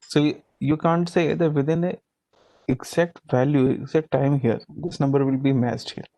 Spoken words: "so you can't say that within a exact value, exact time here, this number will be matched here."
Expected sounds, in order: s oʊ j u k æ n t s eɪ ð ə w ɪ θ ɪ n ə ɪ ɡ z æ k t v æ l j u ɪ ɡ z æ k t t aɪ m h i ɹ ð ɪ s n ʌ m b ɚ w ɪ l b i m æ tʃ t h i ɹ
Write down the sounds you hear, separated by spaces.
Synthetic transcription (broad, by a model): s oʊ j u k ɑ n t s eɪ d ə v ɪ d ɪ n ə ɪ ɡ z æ k t v æ l j u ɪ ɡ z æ k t t aɪ m h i ɹ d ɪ s n ʌ m b ɚ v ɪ l b i m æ s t h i ɹ